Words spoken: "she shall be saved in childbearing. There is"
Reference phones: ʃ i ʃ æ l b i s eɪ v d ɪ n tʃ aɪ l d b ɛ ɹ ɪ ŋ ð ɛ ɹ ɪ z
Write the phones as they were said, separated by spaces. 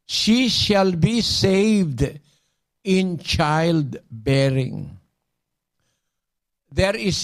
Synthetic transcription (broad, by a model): ʃ i ʃ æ l b i s eɪ v d ɪ n tʃ aɪ l d b ɛ ɹ ɪ ŋ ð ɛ ɹ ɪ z